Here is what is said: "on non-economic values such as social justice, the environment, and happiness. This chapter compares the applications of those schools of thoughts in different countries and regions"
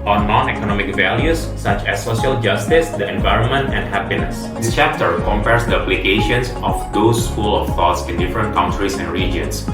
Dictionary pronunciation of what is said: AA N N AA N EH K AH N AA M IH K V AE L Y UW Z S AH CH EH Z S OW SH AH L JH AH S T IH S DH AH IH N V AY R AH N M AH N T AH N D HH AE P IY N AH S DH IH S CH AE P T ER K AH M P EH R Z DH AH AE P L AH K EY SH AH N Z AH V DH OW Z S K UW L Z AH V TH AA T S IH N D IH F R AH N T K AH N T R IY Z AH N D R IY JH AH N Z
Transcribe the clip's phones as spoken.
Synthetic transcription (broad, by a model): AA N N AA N EH K AH N AA M IH K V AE L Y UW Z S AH CH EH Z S OW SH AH L JH AH S T IH S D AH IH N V AY R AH N M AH N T AH N D HH AE P IY N AH S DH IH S CH AE P T ER K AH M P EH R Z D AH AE P L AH K EY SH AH N S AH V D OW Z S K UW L AH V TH AA T S IH N D IH F R AH N T K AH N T R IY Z AH N D R IY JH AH N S